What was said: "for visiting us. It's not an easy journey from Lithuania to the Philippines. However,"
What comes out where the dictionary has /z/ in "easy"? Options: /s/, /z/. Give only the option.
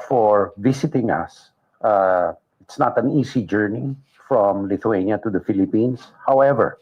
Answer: /s/